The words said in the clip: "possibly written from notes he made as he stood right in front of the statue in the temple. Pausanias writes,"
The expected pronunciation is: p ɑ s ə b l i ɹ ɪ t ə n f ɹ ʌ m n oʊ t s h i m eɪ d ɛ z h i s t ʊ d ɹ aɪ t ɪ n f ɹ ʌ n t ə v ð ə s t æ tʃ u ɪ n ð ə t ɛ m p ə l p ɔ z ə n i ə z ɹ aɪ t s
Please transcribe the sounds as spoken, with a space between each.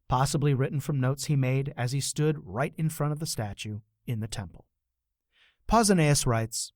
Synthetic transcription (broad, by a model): p ɑ s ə b l i ɹ ɪ t n f ɹ ʌ m n oʊ t s h i m eɪ d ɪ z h i s t ʊ d ɹ aɪ t ɪ n f ɹ ʌ t ə v ð ə s t æ tʃ u ɪ n ð ə t ɛ m p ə l p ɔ z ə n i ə s ɹ aɪ t s